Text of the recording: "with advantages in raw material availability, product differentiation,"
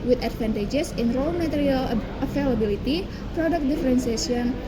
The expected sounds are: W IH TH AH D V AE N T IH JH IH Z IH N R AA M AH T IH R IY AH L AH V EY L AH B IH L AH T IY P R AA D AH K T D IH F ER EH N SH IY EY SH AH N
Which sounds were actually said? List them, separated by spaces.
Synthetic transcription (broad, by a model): W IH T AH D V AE N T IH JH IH S IH N R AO M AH T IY R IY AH L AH F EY L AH B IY L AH T IY P R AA D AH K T D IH F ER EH N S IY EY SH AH N